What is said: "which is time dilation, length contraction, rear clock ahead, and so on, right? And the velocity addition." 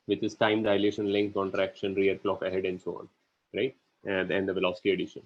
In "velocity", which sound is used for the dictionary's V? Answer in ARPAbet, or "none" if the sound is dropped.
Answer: V